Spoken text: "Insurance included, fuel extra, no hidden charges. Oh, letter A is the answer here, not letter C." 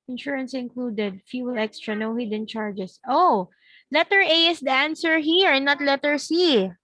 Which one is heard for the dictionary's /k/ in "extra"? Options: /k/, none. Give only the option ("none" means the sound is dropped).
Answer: /k/